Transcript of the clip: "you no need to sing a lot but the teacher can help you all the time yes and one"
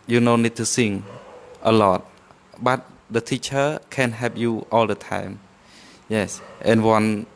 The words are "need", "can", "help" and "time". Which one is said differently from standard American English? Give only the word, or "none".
help